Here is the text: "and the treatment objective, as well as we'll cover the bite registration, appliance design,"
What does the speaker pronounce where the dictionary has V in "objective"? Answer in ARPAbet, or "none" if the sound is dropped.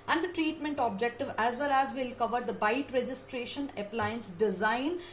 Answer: V